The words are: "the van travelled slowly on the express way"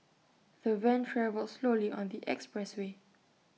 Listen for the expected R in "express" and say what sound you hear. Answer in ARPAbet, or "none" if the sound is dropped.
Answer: R